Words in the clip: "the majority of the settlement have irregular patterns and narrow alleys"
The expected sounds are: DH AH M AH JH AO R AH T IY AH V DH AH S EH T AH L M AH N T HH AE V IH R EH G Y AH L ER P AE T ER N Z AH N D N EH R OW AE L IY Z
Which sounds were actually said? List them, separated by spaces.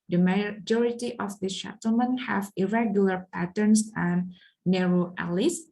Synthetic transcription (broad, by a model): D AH M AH JH AO R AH T IY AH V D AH SH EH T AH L M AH N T HH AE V IH R EH G Y AH L ER P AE T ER N S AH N N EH R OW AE L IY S